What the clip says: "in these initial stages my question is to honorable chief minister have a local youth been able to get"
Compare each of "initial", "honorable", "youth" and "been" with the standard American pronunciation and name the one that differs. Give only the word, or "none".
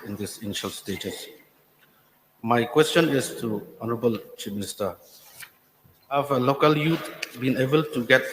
youth